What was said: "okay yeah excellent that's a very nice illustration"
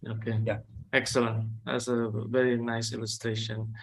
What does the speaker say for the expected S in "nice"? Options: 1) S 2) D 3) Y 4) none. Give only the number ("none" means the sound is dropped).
1